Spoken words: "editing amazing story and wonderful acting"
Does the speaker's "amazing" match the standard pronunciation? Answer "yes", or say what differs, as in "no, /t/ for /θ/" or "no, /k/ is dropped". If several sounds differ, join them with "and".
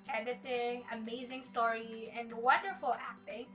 yes